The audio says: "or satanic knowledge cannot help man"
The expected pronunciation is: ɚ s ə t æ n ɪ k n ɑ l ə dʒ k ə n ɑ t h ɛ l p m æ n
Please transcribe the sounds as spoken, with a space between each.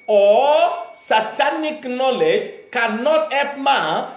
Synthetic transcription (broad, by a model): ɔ s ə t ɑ n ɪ k n ɑ l ə dʒ k ə n ɑ t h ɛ p m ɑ